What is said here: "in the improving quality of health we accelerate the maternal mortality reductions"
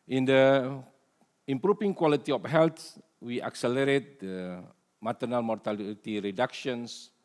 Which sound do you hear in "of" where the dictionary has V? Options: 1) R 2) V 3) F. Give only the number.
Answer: 3